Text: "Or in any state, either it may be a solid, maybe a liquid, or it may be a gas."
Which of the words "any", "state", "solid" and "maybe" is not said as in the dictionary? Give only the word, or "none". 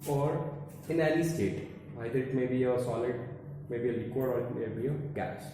any